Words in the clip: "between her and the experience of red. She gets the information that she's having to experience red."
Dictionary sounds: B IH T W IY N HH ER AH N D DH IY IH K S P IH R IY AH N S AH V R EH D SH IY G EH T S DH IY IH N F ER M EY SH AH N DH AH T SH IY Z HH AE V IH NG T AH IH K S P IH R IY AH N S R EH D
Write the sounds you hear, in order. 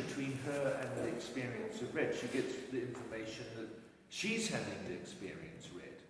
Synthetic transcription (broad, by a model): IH T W IY N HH ER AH N DH IY IH K S P IH R IY AH N S AH V R EH D SH IY G EH T S DH IY IH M F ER M EY SH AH N DH AH T SH IY Z HH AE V IH NG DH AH IH K S P IH R IY AH N S R EH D